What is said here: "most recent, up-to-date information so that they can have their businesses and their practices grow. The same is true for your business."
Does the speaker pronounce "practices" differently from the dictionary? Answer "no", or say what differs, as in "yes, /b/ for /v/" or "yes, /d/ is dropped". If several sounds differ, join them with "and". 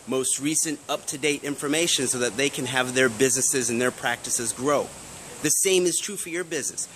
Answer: no